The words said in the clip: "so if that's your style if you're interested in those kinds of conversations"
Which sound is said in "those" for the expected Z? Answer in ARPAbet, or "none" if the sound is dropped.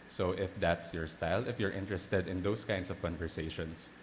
S